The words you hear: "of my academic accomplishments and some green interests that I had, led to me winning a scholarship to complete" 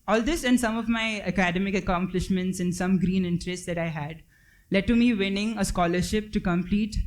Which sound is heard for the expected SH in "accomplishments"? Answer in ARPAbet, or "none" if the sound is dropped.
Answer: SH